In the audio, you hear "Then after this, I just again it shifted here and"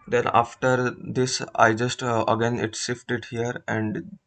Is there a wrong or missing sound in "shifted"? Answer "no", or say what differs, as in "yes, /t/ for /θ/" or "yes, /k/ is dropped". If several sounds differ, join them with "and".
yes, /s/ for /ʃ/